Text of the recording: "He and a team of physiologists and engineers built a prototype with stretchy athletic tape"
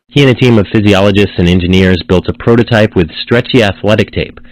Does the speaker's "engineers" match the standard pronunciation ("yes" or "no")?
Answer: yes